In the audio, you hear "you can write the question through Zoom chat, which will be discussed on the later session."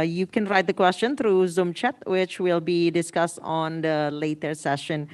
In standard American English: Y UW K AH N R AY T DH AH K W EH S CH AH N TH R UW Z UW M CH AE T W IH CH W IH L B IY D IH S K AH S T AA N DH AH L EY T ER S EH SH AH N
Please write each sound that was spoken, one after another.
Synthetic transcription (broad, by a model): Y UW K AH N R AY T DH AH K W EH S CH AH N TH R UW Z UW M CH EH T W IH CH W IH L B IY D IH S K AH S T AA N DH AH L EY T ER S EH SH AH N